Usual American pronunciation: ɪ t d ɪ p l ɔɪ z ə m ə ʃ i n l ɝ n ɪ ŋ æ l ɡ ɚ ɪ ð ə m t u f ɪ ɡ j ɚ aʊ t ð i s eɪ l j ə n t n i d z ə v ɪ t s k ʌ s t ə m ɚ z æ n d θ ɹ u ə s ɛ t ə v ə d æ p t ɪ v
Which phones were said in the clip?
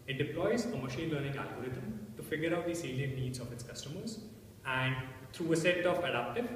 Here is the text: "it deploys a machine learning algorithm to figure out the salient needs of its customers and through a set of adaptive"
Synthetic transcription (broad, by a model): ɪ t d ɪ p l ɔɪ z ə m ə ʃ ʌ l l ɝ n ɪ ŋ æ l ɡ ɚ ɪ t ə m t u f ɪ ɡ j ɚ aʊ t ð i s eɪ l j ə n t n i d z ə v ɪ t s k ʌ s t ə m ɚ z æ n d t ɹ u ə s ɛ t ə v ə d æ p t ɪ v